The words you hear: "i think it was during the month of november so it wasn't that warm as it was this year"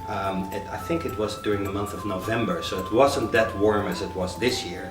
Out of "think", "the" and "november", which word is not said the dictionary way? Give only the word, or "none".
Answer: none